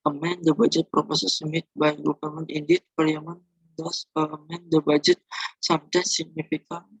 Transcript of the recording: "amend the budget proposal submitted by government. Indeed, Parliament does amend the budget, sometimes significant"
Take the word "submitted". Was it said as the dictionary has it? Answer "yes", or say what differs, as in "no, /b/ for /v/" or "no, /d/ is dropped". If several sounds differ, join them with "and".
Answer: no, /b/ is dropped